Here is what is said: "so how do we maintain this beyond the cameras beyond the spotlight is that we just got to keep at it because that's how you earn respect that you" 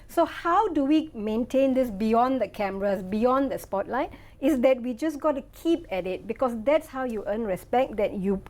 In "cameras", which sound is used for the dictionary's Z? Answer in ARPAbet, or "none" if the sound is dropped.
S